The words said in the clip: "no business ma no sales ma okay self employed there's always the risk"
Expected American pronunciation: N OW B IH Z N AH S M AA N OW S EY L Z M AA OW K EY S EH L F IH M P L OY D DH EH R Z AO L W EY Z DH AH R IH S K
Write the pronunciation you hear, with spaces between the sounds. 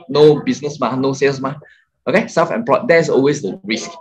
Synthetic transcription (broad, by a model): N OW B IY S N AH S M AA N OW S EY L S M AA OW K EY S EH F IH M P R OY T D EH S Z AO L W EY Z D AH R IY S K